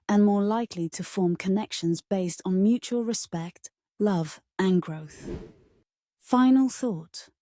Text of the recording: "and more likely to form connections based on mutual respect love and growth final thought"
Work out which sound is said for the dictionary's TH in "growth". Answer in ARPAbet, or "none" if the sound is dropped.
TH